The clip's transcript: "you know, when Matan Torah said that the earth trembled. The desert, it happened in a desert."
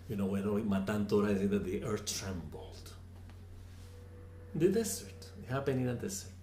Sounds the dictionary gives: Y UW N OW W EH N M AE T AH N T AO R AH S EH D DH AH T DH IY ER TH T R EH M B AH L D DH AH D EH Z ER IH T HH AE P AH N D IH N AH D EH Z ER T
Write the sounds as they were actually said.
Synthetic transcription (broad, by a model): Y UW N OW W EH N M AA T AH N T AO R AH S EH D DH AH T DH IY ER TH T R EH M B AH L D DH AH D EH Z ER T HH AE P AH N IH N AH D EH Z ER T